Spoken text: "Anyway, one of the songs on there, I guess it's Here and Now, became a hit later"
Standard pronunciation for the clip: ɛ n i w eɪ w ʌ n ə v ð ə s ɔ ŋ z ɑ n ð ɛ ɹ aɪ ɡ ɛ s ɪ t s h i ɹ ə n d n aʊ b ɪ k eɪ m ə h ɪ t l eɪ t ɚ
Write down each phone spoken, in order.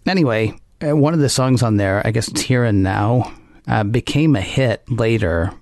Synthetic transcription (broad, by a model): ɛ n i w eɪ w ʌ n ə v ð ə s ɔ ŋ z n ð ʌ ɹ aɪ ɡ ɛ s ɪ t s h i ɹ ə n n aʊ b ɪ k eɪ m ə h ɪ t l eɪ t ɚ